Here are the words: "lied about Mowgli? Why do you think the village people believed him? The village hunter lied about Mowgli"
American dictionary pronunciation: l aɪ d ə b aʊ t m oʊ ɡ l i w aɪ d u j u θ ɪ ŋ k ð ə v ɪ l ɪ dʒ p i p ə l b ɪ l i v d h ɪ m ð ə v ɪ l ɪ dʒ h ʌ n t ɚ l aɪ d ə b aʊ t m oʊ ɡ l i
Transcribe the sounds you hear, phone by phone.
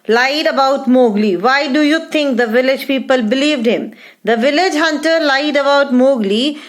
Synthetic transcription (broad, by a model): l aɪ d ə b aʊ t m oʊ ɡ l i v aɪ d u j u t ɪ ŋ k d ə v ɪ l ɪ dʒ p i p ə l b ɪ l i v d h ɪ m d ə v ɪ l ɪ dʒ h ʌ n t ɚ l aɪ d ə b aʊ t m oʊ ɡ l i